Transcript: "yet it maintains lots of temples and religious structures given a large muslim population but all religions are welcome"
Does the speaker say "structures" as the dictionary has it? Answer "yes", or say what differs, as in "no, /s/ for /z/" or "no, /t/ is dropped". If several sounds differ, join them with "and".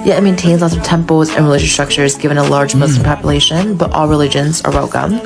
yes